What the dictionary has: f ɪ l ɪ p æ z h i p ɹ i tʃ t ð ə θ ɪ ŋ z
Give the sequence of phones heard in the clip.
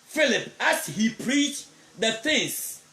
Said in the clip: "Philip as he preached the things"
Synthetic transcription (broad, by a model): f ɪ l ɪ p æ s h i p ɹ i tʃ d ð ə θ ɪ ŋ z